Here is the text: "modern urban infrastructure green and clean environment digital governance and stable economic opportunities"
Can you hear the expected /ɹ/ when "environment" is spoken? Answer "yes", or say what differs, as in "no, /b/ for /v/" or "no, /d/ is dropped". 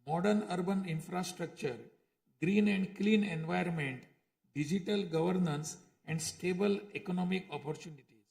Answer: no, /ɹ/ is dropped